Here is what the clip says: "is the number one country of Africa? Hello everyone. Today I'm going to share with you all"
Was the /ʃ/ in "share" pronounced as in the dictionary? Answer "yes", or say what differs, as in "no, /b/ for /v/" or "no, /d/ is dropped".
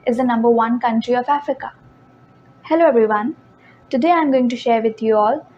yes